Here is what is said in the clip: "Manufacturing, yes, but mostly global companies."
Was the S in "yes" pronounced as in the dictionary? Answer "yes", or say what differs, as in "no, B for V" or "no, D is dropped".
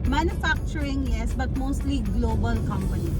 yes